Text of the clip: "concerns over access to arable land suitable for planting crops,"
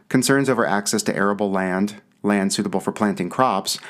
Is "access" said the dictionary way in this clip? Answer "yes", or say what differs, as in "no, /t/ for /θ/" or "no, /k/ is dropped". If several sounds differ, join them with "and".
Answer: yes